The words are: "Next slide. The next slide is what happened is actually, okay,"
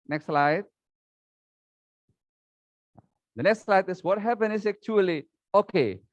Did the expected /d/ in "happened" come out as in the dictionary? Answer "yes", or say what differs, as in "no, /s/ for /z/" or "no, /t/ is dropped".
no, /d/ is dropped